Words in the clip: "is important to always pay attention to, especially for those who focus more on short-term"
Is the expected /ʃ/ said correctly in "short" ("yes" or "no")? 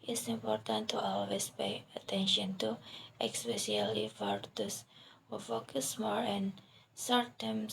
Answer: no